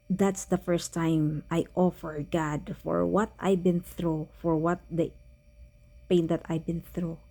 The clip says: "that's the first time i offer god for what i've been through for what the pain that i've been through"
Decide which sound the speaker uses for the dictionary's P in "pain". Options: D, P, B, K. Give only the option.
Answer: P